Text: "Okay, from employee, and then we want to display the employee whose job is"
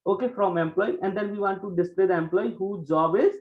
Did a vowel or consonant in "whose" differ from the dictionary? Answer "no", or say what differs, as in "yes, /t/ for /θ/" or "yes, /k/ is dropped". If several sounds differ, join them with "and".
yes, /z/ is dropped